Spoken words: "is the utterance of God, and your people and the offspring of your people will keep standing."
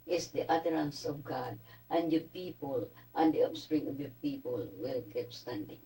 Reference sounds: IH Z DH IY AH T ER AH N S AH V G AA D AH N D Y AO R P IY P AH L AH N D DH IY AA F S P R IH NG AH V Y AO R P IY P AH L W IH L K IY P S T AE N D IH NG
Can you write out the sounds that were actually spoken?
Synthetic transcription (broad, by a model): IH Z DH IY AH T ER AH N S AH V G AA D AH N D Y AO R P IY P AH L AH N D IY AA P S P R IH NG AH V Y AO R P IY P AH L W IH L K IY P S T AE N D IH NG